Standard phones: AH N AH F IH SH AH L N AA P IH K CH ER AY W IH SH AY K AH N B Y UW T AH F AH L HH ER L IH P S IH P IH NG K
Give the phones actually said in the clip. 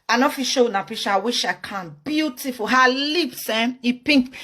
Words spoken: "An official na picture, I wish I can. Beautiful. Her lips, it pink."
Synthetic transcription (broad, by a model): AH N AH F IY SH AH N AA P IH CH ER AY W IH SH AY K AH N B Y UW T AH F AH L HH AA L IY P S IH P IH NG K